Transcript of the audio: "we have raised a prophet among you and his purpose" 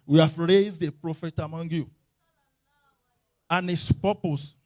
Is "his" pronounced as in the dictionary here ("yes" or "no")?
no